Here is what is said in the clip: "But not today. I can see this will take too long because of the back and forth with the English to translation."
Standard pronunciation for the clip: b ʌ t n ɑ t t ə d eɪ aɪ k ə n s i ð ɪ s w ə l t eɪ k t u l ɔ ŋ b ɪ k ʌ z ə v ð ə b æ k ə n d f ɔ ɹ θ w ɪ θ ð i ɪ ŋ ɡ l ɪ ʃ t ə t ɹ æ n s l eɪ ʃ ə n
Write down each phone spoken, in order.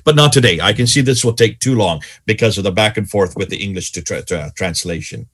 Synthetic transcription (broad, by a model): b ʌ t n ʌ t t ə d eɪ aɪ k ə n s i ð ɪ s w ə l t eɪ k t u l ɔ ŋ b ɪ k ʌ z ə v ð ə b æ k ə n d f ɔ ɹ θ w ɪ ð i ɪ ŋ ɡ l ɪ ʃ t t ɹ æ n s l eɪ ʃ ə n